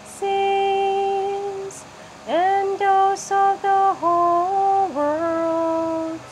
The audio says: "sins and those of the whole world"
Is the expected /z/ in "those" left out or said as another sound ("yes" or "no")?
yes